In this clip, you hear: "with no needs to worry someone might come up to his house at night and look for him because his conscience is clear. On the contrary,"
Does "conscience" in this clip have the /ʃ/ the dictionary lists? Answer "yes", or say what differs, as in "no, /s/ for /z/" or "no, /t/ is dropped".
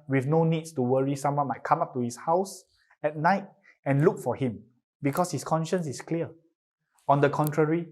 yes